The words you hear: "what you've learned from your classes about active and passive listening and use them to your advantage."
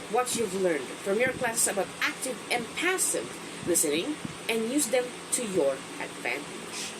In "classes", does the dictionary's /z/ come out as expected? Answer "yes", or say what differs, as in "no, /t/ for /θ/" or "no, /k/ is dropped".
no, /s/ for /z/